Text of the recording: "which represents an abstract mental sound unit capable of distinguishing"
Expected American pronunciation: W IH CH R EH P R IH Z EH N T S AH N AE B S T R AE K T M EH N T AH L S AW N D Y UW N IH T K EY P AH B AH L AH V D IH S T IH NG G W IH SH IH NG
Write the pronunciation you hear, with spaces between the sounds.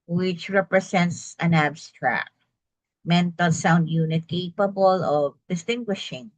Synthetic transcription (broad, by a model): W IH CH R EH P R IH S EH N T S AH N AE B S T R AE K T M EH N T AH L S AW N D Y UW N IH T K EY P AH B AH L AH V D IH S T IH NG G W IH SH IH NG